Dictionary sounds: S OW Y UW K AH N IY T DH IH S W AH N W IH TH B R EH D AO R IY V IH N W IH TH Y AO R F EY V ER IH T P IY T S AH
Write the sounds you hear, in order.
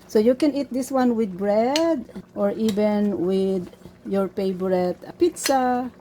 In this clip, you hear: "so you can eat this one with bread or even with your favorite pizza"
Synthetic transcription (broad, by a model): S OW Y UW K AH N IY T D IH S W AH N W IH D B R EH D AO R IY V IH N W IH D Y AO R P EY B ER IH T P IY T S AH